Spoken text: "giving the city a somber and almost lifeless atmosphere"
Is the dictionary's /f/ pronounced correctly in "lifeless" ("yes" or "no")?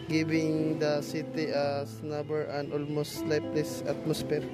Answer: no